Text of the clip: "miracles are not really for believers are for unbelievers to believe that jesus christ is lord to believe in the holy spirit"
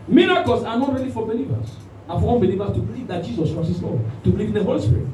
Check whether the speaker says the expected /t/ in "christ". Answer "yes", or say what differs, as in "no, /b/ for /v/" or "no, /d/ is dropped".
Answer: no, /t/ is dropped